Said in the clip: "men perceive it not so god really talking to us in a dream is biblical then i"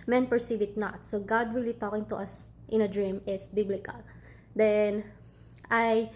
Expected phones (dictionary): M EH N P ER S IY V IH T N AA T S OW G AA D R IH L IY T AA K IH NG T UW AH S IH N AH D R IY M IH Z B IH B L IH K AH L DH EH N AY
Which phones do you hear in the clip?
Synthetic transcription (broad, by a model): M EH N P ER S IY V IH T N AA T S OW G AA D W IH L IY T AA K IH NG T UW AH S IH N AH D R IY M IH S B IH B L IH K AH L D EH N AY